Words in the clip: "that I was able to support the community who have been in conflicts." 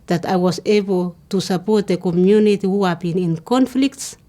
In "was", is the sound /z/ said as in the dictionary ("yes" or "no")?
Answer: no